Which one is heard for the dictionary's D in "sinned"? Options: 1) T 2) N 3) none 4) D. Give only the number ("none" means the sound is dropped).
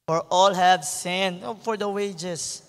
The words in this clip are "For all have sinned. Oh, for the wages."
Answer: 3